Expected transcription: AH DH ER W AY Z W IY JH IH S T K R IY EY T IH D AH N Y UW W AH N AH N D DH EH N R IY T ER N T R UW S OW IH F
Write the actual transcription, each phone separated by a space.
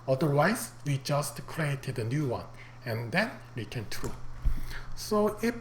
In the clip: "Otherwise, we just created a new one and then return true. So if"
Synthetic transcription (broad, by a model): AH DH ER W AY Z W IY JH IH S T K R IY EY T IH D AH N Y UW W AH N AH N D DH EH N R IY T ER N T R UW S OW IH